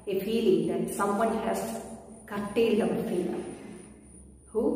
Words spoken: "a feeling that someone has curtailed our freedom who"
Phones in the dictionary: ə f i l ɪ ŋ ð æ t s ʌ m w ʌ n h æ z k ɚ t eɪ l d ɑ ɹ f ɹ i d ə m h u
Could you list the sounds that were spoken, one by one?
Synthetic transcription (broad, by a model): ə f i l ɪ ŋ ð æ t s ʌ m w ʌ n h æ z k ɚ t eɪ l d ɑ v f i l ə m h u